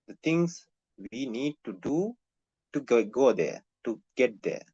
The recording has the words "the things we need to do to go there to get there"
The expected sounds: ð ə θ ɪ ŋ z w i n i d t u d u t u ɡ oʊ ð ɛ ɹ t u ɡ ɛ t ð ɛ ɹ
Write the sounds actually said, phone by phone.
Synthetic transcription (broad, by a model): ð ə t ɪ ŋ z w i n i d t u d u t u ɡ oʊ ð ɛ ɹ t u ɡ ɛ t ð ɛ